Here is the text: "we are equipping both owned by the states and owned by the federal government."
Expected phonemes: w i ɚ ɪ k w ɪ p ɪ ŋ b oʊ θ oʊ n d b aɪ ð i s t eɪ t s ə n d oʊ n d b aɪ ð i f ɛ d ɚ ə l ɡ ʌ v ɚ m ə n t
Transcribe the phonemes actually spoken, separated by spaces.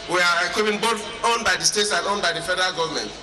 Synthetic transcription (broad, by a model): w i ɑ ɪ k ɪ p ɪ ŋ b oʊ t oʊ n b aɪ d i s t eɪ t s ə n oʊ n b aɪ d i f ɛ d ɚ ə l ɡ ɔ v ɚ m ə n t